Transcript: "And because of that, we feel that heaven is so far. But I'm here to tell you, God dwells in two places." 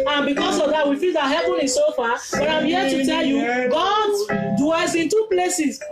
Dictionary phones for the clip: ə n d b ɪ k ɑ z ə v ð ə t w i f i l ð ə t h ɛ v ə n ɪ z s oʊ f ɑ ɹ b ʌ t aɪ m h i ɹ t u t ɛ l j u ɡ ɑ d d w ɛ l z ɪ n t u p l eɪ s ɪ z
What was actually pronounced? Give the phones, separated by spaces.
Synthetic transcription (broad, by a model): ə n b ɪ k ɑ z ə v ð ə t w i f i l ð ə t h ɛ p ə n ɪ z s oʊ f ɑ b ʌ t aɪ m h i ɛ t u t ɛ l j u ɡ ɑ d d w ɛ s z ɪ n t u p l eɪ s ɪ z